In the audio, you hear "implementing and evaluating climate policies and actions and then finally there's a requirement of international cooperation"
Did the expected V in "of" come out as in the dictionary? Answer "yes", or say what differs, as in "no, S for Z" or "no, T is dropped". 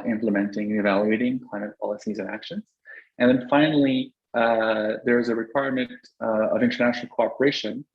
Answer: yes